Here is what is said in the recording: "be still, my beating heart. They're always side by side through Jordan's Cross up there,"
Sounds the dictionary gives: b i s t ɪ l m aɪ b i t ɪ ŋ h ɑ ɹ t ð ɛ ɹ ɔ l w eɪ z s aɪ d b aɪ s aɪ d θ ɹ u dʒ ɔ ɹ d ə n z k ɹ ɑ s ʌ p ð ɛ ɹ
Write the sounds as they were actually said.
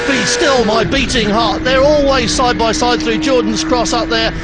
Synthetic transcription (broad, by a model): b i s t ɪ l m aɪ b i t ɪ ŋ h ɑ ɹ t ð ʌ ɹ ɔ l w eɪ z s aɪ d b aɪ s aɪ d θ ɹ u dʒ ɔ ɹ d n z k ɹ ɑ s ʌ p ð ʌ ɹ